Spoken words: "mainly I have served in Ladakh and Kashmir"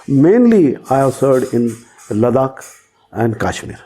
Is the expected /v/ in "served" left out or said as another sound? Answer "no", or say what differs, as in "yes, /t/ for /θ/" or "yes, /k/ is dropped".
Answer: yes, /v/ is dropped